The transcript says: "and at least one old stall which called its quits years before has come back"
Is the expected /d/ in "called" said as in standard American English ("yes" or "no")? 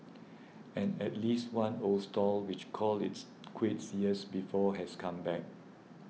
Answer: no